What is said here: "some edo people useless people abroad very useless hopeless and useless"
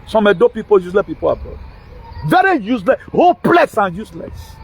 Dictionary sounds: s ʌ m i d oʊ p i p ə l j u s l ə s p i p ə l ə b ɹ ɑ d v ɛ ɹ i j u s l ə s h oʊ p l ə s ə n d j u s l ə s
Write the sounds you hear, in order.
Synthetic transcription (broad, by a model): s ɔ m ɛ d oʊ p i p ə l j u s l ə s p i p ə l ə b ɑ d v ɛ ɹ i j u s l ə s h oʊ p l ə s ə n j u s l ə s